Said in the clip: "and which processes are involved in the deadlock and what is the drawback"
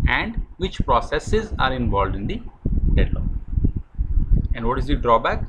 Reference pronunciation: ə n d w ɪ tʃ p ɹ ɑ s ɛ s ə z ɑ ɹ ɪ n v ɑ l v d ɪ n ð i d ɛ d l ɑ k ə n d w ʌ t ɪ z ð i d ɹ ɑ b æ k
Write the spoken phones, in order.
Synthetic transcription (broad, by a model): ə n d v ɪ tʃ p ɹ ɑ s ɛ s ə z ɑ ɹ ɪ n v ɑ l d ɪ n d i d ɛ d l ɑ ə n d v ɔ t ɪ z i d ɹ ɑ b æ k